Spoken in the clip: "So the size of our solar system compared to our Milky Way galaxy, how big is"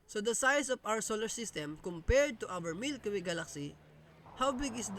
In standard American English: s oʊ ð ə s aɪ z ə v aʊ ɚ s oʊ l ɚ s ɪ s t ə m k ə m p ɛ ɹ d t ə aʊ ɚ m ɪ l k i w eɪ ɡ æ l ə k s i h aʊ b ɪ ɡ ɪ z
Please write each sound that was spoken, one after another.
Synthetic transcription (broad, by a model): s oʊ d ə s aɪ s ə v aʊ ɚ s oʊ l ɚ s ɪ s t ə m k ə m p ɛ ɹ d t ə aʊ ɚ m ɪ l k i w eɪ ɡ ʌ l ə k s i h aʊ b ɪ ɡ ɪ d